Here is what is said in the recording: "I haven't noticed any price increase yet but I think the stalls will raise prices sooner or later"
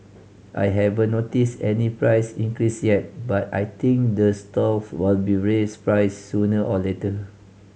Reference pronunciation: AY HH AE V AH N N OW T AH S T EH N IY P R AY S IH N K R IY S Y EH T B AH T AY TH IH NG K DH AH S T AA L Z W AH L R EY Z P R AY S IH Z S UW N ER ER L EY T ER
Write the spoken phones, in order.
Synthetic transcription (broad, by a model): AY HH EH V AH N N OW T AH S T EH N IY P R AY S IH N K R IY S Y EH T B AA T AY T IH NG K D AH S T AA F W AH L R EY S P R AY IH S UW N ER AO L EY T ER